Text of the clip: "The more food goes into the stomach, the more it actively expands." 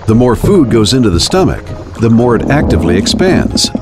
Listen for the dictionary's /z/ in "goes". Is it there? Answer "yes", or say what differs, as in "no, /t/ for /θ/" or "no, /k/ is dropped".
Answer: yes